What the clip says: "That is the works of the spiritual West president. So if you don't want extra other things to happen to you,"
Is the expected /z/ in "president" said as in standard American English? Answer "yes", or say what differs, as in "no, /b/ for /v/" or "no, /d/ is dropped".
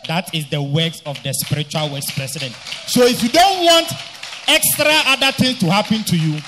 no, /s/ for /z/